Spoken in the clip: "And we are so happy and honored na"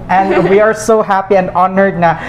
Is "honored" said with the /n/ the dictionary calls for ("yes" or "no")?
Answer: yes